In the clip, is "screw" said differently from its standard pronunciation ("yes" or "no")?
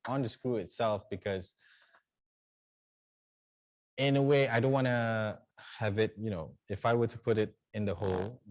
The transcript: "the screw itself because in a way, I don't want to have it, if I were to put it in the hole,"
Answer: yes